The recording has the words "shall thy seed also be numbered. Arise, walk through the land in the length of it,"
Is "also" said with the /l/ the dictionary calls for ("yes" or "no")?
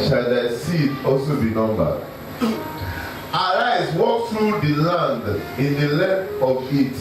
yes